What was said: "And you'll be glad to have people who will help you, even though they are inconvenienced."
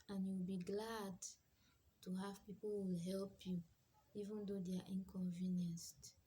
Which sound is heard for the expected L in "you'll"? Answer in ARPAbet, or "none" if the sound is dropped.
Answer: W